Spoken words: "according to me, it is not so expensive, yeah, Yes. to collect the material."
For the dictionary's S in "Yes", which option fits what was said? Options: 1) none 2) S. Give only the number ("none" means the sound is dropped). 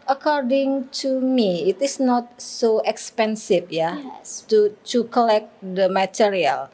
1